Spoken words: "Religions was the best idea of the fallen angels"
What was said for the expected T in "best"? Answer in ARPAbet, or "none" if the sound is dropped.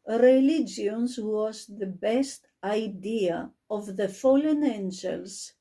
T